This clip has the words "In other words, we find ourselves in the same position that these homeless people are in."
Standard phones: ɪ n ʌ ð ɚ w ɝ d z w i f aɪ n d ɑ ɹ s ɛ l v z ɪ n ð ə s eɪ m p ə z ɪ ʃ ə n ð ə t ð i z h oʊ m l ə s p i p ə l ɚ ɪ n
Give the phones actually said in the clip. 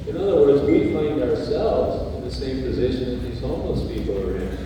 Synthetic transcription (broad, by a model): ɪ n ʌ ð ɚ w ɝ d z w i f aɪ n d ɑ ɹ s ɛ l v z ɪ n ð ə s eɪ m p ə z ɪ ʃ ə n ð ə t ð i z h oʊ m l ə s p i p l ɚ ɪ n